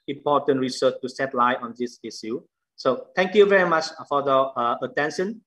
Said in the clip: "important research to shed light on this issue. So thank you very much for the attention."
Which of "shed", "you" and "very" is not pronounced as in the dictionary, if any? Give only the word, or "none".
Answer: shed